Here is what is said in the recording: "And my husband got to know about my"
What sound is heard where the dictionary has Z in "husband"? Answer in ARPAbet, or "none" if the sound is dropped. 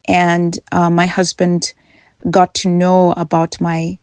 Z